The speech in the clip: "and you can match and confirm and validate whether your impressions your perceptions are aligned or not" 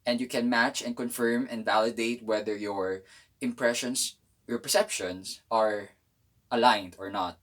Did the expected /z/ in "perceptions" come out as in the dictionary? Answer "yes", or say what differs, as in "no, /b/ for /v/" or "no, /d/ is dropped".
no, /s/ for /z/